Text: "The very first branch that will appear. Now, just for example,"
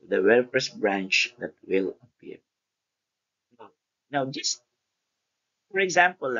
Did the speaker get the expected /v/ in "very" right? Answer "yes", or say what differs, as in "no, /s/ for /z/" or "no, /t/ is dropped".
no, /w/ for /v/